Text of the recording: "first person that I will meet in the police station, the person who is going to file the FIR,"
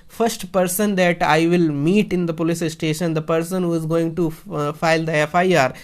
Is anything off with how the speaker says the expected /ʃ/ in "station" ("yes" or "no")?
no